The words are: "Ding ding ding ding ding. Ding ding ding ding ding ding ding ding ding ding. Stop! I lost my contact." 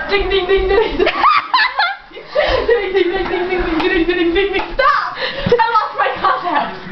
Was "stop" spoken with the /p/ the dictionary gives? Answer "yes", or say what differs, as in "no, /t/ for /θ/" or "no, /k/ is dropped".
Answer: no, /p/ is dropped